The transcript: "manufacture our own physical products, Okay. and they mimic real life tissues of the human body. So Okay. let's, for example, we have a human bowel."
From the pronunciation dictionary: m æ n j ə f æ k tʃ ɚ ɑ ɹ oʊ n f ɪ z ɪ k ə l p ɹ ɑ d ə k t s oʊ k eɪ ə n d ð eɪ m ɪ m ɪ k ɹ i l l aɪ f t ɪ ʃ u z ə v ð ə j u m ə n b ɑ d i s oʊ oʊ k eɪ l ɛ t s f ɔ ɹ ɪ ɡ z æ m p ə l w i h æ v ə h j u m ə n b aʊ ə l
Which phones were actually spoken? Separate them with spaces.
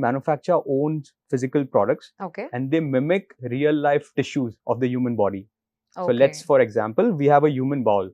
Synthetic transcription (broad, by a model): m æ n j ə f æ k tʃ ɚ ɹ oʊ n f ɪ z ɪ k ə l p ɹ ɑ d ə k t s oʊ k eɪ ə n d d eɪ m ɪ m ɪ k ɹ i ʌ l aɪ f t ɪ ʃ u z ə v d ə j u m ə n b ɑ d i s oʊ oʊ l ɛ t s f ɔ ɹ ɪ ɡ z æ m p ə l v i h æ v ə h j u m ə n b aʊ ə l